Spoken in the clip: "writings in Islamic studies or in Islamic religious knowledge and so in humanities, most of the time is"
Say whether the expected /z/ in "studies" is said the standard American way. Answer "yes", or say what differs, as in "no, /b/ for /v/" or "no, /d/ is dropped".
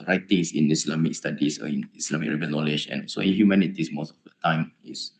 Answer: no, /s/ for /z/